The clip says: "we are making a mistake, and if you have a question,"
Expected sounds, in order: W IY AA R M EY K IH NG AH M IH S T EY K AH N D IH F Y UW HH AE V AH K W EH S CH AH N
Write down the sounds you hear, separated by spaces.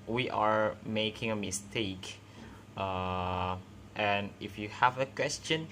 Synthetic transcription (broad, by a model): W IY AA R M EY K IH NG AH M IH S T EY K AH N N IH F Y UW HH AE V AH K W EH S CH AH N